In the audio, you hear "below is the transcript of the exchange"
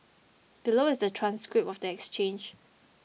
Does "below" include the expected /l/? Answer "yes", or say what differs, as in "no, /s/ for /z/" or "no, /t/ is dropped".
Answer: yes